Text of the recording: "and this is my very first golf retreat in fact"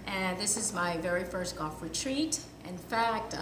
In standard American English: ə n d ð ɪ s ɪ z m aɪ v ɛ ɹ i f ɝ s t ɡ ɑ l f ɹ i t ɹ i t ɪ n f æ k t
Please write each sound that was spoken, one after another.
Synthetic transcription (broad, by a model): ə n ð ɪ s ɪ z m aɪ v ɛ ɹ i f ɝ s t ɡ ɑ f ɹ i t ɹ i t ɪ n f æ k t